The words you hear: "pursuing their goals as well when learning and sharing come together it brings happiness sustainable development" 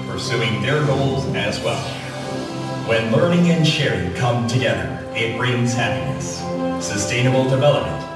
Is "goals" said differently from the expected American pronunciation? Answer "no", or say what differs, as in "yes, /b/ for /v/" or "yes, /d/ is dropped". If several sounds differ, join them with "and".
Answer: no